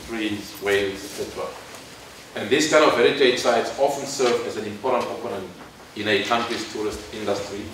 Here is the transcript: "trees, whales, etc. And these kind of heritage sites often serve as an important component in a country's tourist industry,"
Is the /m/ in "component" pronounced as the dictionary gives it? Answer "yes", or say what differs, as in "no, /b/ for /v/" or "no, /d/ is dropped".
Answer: no, /m/ is dropped